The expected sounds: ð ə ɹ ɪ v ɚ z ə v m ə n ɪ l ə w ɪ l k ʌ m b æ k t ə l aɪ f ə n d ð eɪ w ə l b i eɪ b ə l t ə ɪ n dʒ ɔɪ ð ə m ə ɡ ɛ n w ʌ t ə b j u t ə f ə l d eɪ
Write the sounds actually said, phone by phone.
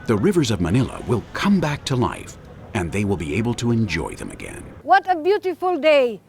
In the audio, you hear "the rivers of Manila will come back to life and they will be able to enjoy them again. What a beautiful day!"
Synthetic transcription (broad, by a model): ð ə ɹ ɪ v ɚ z ə v m ə n ɪ l ə w ɪ l k ʌ m b æ k t ə l aɪ f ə n ð eɪ w ə l b i eɪ b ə l t ə ɪ n dʒ ɔɪ ð ə m ə ɡ ɛ n w ʌ t ə b j u t ə f ə l d eɪ